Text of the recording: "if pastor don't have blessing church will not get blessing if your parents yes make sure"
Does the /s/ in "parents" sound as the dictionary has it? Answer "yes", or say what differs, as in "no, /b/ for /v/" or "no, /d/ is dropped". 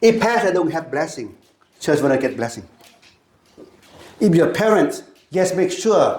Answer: yes